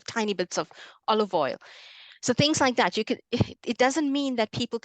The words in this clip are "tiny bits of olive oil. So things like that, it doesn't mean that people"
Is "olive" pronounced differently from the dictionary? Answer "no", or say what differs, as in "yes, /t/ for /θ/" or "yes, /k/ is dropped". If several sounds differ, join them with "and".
no